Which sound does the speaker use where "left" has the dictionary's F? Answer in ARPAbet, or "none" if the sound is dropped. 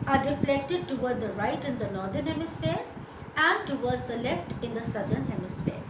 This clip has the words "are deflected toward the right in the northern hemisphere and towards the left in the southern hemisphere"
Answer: F